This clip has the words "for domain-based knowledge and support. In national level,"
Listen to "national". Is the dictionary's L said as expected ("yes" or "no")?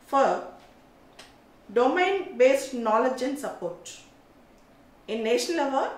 no